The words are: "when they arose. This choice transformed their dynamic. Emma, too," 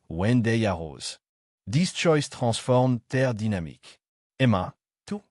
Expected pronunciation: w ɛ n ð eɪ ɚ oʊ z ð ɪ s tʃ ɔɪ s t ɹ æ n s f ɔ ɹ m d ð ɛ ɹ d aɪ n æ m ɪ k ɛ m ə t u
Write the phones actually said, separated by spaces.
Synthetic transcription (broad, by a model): w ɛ n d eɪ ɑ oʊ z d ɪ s tʃ ɔɪ s t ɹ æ s f ɔ ɹ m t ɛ ɹ d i n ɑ m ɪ k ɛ m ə t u